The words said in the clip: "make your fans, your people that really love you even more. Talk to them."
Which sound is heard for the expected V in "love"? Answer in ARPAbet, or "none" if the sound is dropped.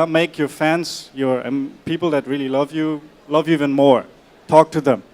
V